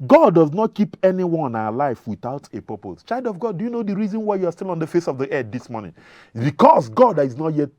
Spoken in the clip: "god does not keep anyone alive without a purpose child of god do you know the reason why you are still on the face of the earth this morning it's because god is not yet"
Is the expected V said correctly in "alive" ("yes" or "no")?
no